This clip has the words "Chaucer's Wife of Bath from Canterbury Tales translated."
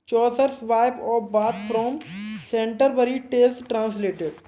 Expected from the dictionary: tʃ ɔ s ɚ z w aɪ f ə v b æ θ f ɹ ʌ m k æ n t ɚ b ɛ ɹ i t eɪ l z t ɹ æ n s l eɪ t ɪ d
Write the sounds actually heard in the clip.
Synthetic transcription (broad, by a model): tʃ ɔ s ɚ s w aɪ p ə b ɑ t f ɹ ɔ m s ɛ n t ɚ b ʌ ɹ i t eɪ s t t ɹ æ n s l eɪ t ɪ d